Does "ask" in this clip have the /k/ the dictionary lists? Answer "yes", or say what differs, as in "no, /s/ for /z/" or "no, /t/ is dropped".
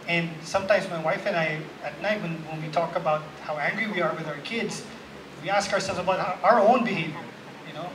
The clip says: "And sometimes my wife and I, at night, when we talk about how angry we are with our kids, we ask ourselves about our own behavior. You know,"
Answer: yes